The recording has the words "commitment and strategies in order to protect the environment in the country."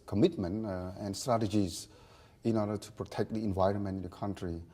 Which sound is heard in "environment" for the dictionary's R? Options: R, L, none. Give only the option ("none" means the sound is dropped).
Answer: R